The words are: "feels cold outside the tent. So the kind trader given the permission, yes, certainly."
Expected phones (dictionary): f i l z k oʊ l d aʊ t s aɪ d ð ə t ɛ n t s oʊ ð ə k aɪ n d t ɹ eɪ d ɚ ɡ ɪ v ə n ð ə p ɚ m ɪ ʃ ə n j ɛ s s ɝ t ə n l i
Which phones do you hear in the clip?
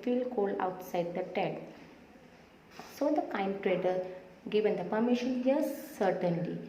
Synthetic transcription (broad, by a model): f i l k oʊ l aʊ t s aɪ d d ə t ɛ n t s oʊ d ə k aɪ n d t ɹ eɪ d ɚ ɡ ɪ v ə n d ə p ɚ m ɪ ʃ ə n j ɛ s s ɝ t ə n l i